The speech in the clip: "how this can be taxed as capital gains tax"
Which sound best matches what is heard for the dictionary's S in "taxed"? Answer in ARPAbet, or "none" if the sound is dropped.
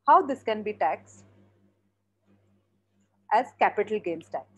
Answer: S